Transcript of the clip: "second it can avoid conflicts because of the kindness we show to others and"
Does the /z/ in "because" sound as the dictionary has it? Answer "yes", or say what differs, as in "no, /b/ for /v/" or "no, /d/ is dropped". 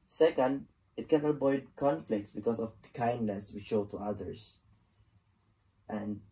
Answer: no, /s/ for /z/